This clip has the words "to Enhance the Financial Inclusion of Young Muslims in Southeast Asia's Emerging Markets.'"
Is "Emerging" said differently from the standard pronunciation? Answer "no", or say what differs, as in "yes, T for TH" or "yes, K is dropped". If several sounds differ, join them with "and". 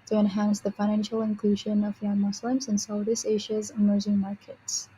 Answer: yes, Z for JH